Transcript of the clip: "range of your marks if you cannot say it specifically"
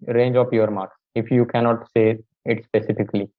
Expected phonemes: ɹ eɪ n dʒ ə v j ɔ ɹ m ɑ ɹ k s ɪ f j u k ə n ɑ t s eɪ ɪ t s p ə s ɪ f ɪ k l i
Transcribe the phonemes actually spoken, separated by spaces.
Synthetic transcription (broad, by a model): ɹ eɪ n dʒ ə p j ɔ ɹ m ɑ ɹ k s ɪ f j u k ə n ɑ t s eɪ ɪ t s p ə s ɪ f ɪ k l i